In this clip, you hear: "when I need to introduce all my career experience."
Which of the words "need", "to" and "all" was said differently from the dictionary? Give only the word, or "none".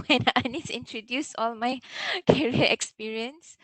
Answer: to